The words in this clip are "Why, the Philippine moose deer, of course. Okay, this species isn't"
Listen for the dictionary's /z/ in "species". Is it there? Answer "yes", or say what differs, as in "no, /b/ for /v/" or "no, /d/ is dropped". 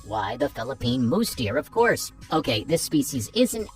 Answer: yes